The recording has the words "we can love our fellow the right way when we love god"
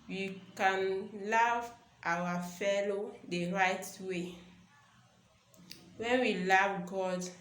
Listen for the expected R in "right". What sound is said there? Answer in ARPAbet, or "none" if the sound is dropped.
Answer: R